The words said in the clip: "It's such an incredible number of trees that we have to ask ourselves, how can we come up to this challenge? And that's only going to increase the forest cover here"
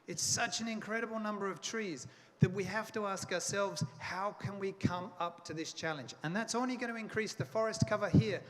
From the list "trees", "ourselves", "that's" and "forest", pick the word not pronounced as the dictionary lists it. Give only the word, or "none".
none